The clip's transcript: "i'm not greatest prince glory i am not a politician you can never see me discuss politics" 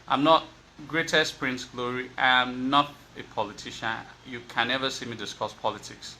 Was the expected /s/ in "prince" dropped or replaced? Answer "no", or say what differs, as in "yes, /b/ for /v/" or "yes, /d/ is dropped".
no